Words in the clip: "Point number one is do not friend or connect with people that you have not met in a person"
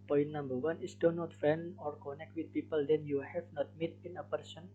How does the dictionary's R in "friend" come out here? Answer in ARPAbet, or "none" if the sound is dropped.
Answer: none